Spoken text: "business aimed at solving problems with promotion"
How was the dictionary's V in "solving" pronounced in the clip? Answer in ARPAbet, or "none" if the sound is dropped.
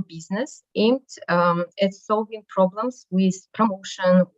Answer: V